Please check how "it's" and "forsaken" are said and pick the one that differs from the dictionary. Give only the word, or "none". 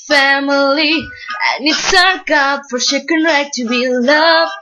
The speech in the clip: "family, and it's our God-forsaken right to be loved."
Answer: forsaken